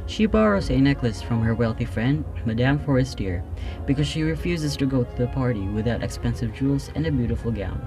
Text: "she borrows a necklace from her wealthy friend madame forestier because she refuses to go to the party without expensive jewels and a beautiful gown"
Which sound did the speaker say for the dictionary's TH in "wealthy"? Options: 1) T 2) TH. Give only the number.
2